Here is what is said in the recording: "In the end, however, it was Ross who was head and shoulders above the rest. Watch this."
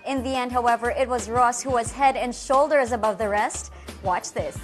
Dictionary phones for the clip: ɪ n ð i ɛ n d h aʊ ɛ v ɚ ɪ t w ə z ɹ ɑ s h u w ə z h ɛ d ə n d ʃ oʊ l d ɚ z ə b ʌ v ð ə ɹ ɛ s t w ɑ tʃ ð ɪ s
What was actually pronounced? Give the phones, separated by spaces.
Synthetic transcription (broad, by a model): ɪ n ð i ɛ n d h aʊ ɛ v ɚ ɪ t w ə z ɹ ɑ s h u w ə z h ɛ d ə n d ʃ oʊ l d ɚ z ə b ʌ v ð ə ɹ ɛ s t w ɑ tʃ ð ɪ s